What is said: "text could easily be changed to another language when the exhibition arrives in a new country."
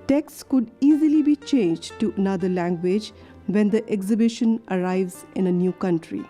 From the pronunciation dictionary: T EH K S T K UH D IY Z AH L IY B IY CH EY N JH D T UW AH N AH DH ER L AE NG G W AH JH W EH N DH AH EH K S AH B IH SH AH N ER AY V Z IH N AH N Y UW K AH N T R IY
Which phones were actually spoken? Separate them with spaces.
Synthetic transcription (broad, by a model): T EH K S K UH D IY Z AH L IY B IY CH EY N JH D T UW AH N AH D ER L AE NG G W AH JH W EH N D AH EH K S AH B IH SH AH N ER AY V Z IH N AH N Y UW K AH N T R IY